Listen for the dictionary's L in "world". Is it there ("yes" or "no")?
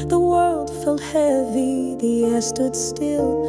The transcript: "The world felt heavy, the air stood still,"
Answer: yes